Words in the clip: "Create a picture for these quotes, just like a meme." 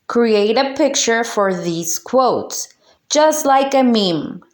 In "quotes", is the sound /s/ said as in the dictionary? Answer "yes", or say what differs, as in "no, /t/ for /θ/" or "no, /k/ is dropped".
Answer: yes